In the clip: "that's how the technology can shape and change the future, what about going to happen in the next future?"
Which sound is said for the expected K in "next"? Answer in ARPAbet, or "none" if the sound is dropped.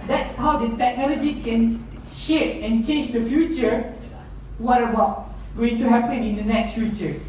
K